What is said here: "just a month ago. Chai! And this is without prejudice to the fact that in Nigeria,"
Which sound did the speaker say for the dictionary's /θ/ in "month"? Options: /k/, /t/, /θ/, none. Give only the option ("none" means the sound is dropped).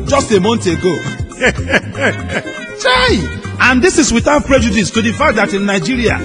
/t/